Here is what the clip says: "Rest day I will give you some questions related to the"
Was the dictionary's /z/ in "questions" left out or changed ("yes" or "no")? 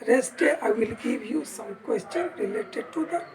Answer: yes